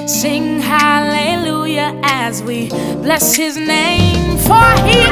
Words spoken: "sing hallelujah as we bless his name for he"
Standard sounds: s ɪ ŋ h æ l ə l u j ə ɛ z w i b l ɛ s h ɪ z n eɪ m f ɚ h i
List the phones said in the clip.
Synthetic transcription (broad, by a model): s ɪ ŋ h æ l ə l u j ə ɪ z w i b l ɛ s h ɪ z n eɪ m f ɚ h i